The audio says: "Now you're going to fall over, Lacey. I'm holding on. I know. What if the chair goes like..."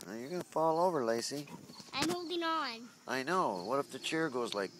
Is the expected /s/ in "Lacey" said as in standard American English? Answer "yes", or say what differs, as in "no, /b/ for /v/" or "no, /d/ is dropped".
yes